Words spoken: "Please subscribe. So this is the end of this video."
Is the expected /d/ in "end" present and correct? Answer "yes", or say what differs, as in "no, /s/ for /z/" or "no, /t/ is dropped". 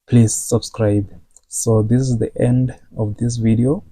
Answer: yes